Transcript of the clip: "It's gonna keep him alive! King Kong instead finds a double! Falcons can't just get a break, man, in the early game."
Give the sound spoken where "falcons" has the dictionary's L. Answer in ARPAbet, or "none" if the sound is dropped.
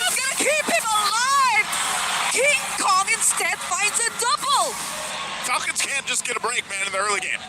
none